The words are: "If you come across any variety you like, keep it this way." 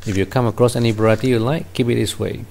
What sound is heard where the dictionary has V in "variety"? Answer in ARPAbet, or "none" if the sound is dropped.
B